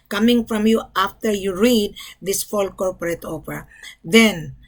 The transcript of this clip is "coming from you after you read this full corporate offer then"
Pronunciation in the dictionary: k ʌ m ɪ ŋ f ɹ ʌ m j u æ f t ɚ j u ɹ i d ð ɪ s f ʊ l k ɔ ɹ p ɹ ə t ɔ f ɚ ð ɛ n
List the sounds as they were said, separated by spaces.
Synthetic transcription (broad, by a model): k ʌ m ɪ ŋ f ɹ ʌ m j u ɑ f t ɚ j u ɹ i d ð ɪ s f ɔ l k ɔ ɹ p ɹ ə t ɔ p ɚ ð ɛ n